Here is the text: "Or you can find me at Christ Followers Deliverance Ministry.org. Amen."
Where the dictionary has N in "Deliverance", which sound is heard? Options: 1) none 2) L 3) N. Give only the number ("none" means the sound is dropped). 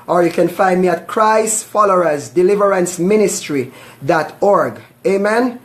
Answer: 3